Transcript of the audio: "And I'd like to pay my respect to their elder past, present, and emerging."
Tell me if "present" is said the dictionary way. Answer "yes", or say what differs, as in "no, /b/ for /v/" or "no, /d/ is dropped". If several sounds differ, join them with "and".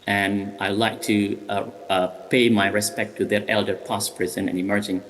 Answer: no, /t/ is dropped